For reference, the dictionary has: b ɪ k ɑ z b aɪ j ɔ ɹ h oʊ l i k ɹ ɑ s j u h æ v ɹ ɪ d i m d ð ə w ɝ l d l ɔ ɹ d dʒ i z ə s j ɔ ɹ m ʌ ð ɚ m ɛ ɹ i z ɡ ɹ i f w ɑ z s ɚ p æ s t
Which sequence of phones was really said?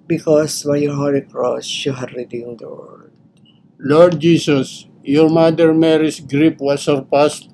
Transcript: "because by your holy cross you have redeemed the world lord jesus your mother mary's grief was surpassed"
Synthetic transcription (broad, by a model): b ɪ k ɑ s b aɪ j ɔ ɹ h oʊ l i k ɹ ɑ s j u h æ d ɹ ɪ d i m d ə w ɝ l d l ɔ ɹ d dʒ i s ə s j ɔ ɹ m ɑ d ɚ m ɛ ɹ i s ɡ ɹ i p w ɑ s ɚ p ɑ s t